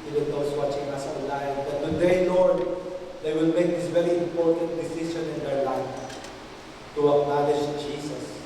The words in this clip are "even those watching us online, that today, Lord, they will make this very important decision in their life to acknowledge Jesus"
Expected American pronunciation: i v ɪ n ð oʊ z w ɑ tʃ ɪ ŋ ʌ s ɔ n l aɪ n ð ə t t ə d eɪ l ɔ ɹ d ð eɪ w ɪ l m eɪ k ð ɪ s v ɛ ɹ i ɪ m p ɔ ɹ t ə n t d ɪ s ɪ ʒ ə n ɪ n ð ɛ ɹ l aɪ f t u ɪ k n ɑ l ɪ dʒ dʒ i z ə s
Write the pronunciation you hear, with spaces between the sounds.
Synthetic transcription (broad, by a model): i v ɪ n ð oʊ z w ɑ tʃ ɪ ŋ ʌ s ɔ l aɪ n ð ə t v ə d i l ɔ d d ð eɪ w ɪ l m eɪ k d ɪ s v ɛ ɹ i ɪ m p ɔ ɹ t ə n t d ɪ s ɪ ʃ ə n ɪ n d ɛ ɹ l aɪ f t u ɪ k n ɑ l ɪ ʃ dʒ i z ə s